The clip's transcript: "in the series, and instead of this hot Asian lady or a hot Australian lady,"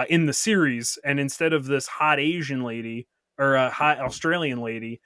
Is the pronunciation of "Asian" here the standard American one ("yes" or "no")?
yes